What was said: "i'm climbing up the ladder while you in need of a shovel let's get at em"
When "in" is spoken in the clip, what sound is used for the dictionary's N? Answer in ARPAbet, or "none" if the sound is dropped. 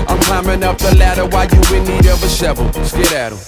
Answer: L